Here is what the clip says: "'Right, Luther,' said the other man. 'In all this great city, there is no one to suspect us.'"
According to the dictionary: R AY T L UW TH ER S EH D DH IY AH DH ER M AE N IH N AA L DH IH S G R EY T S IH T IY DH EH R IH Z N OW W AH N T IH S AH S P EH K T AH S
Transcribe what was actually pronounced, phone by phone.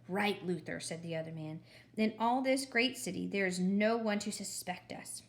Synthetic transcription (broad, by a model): R AY T L UW TH ER S EH D DH IY AH DH ER M AE N IH N AA L DH IH S G R EY T S IH T IY DH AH R IH Z N OW W AH N T IH S AH S P EH K T AH S